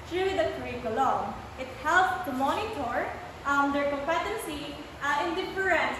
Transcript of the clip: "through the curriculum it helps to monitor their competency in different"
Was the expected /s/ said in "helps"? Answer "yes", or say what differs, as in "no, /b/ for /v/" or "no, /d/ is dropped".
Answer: no, /s/ is dropped